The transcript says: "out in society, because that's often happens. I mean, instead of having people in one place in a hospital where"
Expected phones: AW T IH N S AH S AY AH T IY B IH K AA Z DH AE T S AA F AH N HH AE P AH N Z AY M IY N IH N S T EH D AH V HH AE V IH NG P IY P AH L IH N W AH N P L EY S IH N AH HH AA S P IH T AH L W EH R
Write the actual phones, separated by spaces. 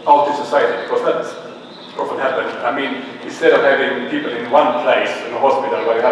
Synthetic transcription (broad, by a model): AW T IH S AH S AY AH T IY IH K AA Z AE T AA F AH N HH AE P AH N AY M IY N IH N S T EH D AH V HH AE V IH NG P IY P AH L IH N W AH N P L EY S IH N AH HH AA S P IH T AH L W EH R